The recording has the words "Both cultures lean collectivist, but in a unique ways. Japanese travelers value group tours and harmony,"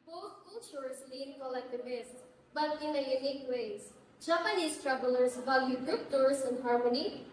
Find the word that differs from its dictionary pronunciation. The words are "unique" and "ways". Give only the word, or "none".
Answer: ways